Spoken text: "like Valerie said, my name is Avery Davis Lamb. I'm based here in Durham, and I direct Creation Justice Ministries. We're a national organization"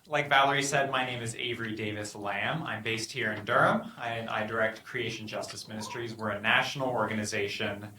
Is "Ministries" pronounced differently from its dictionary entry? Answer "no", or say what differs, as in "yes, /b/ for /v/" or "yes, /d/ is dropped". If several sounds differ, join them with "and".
no